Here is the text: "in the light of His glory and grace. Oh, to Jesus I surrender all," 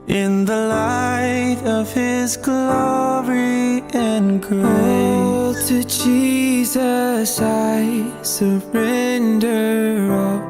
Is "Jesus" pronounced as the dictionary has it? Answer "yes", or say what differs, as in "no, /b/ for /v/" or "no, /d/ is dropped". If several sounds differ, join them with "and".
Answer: yes